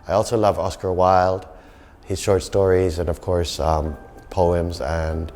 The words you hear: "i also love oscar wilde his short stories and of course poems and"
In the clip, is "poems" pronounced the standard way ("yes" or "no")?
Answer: yes